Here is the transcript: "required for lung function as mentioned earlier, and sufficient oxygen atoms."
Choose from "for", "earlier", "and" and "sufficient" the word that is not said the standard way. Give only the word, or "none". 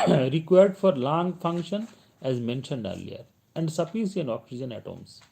sufficient